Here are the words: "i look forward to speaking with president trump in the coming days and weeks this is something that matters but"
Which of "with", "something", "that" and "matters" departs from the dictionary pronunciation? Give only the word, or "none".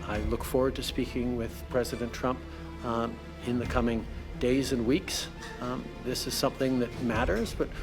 none